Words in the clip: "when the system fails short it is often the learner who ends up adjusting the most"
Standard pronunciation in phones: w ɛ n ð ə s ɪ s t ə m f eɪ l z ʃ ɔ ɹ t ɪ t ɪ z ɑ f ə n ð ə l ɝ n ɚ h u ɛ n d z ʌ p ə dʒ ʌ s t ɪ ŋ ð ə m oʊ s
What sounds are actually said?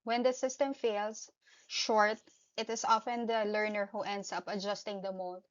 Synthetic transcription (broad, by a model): w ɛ n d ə s ɪ s t ə m f eɪ l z ʃ ɔ ɹ t ɪ t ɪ s ɑ f ə n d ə l ɝ n ɚ h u ɛ n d s ʌ p ə dʒ ʌ s t ɪ ŋ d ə m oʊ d